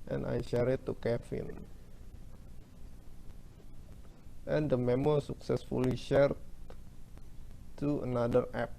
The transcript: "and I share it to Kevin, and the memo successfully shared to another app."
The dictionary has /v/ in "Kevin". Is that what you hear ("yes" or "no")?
no